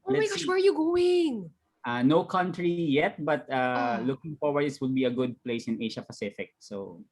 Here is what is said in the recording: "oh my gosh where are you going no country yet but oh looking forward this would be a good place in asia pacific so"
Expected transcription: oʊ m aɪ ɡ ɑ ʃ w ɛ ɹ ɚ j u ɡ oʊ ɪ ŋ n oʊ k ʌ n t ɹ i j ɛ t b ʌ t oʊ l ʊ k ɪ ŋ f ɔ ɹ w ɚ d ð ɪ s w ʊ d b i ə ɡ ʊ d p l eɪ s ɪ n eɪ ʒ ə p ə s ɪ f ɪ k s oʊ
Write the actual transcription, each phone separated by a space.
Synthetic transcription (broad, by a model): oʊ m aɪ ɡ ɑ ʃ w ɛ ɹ j u ɡ oʊ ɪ ŋ n oʊ k ʌ n t ɹ i j ɛ t b ʌ t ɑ l ʊ k ɪ ŋ f ɔ ɹ w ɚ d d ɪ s w ʊ d b i ə ɡ ʊ d p l eɪ s ɪ n eɪ ʃ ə p ə s ɪ f ɪ k s oʊ